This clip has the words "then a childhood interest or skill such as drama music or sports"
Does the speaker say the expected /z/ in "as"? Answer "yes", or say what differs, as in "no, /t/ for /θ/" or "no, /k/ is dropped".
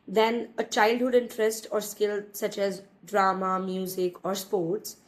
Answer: yes